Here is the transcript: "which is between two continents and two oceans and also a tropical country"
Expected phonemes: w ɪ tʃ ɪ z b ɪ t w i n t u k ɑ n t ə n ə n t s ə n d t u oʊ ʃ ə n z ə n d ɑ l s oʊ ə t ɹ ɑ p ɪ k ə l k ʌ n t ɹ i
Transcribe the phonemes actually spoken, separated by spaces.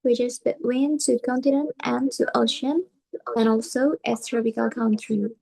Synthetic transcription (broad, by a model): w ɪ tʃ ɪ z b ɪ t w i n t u k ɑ n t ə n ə n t ə n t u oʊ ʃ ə n ə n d ɑ l s oʊ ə t ɹ ɑ p ɪ k ə l k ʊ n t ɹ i